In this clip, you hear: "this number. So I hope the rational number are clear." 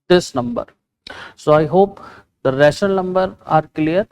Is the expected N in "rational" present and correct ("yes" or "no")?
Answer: no